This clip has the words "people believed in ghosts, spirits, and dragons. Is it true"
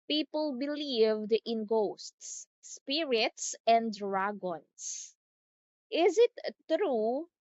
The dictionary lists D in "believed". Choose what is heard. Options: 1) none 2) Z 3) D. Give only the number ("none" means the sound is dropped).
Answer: 3